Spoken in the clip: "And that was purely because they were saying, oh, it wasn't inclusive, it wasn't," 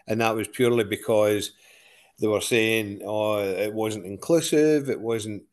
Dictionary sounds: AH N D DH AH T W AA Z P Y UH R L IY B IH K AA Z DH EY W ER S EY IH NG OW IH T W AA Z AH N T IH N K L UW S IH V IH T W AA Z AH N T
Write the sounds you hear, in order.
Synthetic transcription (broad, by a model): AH N DH AH T W AA Z P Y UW R L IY B IH K AA Z DH EY W ER S EY IH NG OW IH T W AA Z AH N T IH N K L UW S IH V IH T W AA Z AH N T